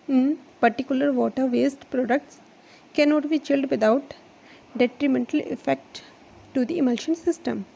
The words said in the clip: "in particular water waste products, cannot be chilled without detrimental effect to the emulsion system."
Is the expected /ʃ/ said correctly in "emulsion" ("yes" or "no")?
yes